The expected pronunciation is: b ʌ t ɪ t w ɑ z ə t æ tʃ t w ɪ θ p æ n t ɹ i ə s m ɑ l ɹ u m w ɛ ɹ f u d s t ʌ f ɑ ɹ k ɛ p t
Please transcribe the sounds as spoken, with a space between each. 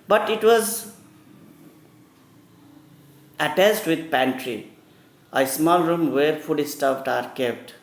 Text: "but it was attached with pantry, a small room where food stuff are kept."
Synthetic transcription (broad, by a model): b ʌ t ɪ t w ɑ z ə t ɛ s t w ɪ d p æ n t ɹ i ə s m ɑ l ɹ u m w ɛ ɹ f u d s t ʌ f ɑ ɹ k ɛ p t